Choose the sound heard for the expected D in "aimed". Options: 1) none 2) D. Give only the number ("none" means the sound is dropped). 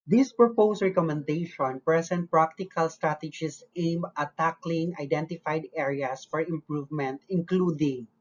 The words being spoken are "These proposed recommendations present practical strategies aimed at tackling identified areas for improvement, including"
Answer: 1